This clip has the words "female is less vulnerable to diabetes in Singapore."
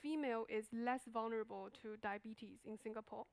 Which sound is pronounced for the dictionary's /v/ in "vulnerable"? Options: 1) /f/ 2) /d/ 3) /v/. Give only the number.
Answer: 3